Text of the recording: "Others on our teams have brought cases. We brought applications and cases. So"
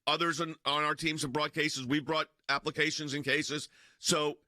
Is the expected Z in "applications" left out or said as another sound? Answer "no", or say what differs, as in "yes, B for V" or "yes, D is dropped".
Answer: no